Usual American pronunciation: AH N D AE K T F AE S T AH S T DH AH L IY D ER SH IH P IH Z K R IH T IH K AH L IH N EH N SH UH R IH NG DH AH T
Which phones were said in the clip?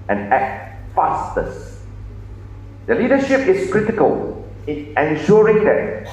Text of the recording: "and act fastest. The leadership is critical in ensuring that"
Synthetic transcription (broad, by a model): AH N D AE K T F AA S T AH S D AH L IY D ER SH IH P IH S K R IH T IH K AH L IH N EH N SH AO R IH NG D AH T